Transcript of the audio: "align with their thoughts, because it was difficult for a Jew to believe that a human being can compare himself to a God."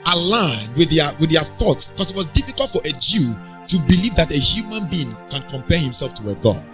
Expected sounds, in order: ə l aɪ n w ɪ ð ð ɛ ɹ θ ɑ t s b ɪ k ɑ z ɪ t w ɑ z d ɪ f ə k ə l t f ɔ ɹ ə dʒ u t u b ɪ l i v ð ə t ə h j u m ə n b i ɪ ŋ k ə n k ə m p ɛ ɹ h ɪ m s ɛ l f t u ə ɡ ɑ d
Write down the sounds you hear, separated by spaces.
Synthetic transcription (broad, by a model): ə l aɪ n w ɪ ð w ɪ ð θ ɑ t s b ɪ k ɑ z ɪ t w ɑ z d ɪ f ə k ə l t f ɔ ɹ ə dʒ u t u b ɪ l i v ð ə t ə h j u m ə n b i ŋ k ə n k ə m p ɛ h ɪ m s ɛ l f t u ə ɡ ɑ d